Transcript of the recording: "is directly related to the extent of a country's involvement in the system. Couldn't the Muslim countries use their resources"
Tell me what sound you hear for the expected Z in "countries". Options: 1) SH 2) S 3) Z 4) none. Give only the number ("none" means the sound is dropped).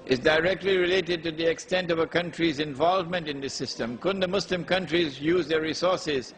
3